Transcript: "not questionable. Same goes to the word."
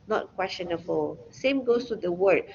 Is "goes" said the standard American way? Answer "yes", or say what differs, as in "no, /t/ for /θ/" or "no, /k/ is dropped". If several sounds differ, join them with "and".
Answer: no, /s/ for /z/